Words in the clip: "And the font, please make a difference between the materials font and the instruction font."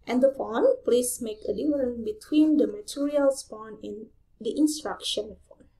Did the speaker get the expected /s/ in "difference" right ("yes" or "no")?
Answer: no